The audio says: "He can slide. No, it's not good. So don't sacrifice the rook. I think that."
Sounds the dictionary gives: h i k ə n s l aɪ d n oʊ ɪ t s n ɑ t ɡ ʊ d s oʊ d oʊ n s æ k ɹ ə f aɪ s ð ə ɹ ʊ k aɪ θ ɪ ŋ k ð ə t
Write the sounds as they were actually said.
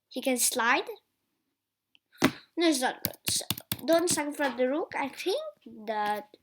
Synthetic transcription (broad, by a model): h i k ə n s l aɪ d n oʊ ɪ t s n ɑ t ɡ ʊ d s oʊ d oʊ n s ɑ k ə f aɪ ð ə ɹ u k aɪ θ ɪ ŋ k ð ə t